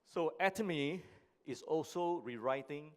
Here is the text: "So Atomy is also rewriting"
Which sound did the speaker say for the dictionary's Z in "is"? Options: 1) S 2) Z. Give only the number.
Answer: 1